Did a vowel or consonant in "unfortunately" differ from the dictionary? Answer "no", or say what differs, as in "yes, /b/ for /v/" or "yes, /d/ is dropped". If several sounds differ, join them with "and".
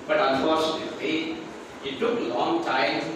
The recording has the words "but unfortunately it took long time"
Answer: yes, /l/ is dropped